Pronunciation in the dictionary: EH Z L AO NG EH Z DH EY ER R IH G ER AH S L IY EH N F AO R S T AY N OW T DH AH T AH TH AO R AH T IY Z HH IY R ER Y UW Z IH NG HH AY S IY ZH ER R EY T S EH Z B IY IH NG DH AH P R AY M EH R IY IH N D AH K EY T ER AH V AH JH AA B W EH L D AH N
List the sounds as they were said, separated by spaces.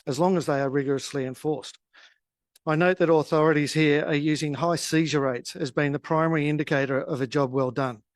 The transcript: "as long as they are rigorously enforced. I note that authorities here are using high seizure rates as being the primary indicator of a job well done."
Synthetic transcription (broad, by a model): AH Z L AO NG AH Z DH EY ER R IH G ER AH S L IY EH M F AO R S T AY N OW T DH AH T AH TH AO R AH T IY Z HH IY R ER Y UW Z IH NG HH AY S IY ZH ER R EY T S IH Z B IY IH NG DH AH P R AY M EH R IY IH N D AH K EY T ER AH V AH JH AA B W EH L D AH N